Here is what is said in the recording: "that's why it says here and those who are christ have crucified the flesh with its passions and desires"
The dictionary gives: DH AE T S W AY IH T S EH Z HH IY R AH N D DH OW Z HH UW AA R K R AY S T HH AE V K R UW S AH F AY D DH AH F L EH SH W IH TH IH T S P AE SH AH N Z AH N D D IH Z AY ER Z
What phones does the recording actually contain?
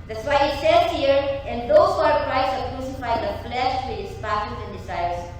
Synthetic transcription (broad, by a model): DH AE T S W AY IH T S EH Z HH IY R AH N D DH OW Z AA R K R AY T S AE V K R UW S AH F AY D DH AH F L EH SH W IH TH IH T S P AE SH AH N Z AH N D D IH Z AY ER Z